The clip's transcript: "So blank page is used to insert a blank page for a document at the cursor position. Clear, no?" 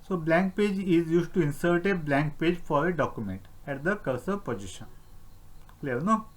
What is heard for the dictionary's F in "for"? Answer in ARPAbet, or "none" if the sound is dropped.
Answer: F